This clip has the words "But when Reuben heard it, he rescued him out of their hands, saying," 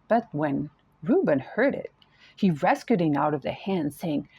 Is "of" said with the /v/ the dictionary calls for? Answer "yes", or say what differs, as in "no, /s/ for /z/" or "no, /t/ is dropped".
yes